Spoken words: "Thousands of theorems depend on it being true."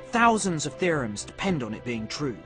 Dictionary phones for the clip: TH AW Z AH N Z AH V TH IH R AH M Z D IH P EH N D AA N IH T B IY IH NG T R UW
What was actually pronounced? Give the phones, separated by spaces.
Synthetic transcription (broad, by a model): TH AW Z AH N Z AH V TH IH R AH M Z D IH P EH N D N IH T B IY IH NG T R UW